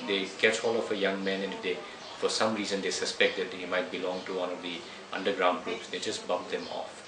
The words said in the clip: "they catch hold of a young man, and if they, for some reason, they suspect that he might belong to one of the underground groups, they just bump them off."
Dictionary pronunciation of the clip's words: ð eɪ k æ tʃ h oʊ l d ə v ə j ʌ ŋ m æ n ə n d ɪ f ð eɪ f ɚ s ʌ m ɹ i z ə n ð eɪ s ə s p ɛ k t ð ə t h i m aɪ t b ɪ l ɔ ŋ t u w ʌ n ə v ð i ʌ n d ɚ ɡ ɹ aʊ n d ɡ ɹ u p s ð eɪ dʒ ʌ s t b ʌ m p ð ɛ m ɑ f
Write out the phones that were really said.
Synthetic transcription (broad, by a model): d eɪ k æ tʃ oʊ l ə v ə j ʌ ŋ m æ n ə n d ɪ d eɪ f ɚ s ʌ m ɹ i z ə n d eɪ s ə s p ɛ k t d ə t h i m aɪ t b ɪ l ɔ ŋ t u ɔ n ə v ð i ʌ n d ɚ ɡ ɹ aʊ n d ɡ ɹ u p s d eɪ dʒ ʌ s t b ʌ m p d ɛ m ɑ f